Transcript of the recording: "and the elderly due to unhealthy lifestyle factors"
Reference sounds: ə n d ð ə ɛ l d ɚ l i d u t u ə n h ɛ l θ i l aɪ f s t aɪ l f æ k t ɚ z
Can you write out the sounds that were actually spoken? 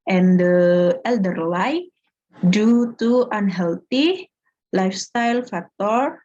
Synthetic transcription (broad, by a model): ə n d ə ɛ l d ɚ l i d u t u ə n h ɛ l t i l aɪ f s t aɪ l f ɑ k t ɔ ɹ